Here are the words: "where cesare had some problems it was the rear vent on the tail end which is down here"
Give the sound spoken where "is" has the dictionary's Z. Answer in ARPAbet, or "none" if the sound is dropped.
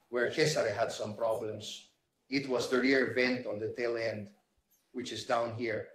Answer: S